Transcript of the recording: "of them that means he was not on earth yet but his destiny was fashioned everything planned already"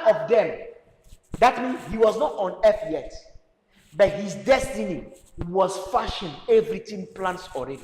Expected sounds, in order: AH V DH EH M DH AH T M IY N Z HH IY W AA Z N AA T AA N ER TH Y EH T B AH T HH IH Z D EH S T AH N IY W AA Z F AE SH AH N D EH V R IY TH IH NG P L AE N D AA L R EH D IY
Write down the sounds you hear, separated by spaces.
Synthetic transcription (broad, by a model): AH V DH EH M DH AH T M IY N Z HH IY W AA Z N AA T AA N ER F Y EH T B AH T HH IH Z D EH S T AH N IY W AA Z F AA SH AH N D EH V R IY T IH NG P L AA N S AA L R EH D IY